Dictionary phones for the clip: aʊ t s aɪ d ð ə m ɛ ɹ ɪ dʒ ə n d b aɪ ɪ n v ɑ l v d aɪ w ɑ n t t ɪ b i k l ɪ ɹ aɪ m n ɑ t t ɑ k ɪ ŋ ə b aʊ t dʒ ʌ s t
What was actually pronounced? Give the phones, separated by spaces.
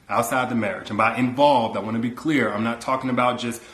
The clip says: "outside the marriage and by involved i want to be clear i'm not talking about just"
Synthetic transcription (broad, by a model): aʊ t s aɪ d ð ə m ɛ ɹ ɪ dʒ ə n b aɪ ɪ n v ɑ l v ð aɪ w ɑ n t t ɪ b i k l ɪ ɹ aɪ m n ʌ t t ɑ k ɪ ŋ ə b aʊ t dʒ ʌ s t